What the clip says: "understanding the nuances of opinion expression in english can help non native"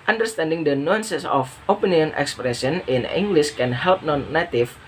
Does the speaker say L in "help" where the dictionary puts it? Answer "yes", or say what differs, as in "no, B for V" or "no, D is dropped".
yes